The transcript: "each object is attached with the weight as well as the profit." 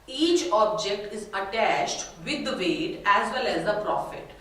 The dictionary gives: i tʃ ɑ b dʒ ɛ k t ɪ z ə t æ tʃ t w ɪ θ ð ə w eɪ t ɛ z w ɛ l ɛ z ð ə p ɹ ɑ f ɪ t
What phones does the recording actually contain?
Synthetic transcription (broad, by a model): i tʃ ɑ b dʒ ɛ k t ɪ z ə t æ tʃ t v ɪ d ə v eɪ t ɛ z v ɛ l ɛ z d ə p ɹ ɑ f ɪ t